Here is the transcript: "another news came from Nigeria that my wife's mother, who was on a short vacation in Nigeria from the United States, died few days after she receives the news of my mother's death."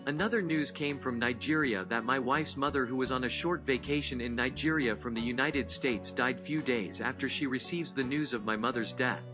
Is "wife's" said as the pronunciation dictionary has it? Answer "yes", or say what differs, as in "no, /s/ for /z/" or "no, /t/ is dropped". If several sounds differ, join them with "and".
yes